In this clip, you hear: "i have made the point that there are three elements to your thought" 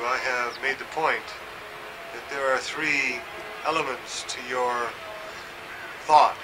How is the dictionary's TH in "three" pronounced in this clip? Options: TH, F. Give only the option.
TH